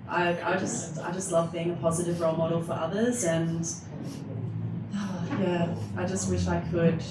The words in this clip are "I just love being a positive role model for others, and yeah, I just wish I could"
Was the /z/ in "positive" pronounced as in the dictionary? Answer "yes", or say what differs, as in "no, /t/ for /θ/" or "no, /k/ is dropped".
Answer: yes